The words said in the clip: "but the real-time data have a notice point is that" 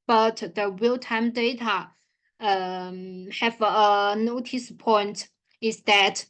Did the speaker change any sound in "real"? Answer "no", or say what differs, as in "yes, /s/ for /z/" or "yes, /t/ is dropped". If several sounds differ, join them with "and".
yes, /w/ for /ɹ/